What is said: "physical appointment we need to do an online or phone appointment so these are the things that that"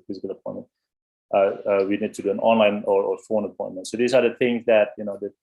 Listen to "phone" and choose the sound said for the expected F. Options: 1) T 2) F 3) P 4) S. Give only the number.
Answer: 2